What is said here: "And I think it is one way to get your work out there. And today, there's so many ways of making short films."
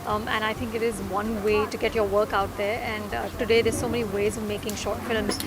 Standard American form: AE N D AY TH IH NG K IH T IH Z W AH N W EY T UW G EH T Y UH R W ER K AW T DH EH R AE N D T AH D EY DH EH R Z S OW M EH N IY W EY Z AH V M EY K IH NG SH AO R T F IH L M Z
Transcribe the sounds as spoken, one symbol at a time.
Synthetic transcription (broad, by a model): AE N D AY T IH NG K IH T IH Z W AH N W EY T UW G EH T Y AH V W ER K AW T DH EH R AE N D T AH D EY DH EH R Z S OW M EH N IY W EY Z AH V M EY K IH NG SH AO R T F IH L M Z